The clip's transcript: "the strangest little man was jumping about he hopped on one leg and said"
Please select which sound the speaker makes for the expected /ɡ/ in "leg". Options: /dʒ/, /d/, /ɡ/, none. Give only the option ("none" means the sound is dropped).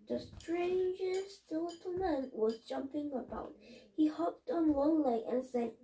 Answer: none